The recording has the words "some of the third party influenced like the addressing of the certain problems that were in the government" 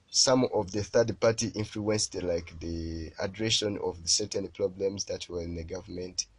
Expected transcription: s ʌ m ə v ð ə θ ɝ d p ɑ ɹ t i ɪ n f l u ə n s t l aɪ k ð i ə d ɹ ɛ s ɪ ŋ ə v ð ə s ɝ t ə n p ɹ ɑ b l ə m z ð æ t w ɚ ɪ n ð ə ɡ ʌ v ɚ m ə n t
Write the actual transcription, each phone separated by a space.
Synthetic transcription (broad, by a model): s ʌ m ə v ð ə θ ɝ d p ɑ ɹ t i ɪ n f l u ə n s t l aɪ k ð i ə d ɹ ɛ ʃ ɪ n ə v ð ə s ɝ t ə n p ɹ ɑ b l ə m z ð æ t w ɚ ɪ n ð ə ɡ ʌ v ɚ m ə n t